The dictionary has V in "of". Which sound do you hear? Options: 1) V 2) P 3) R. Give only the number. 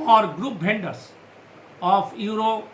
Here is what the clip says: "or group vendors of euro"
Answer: 2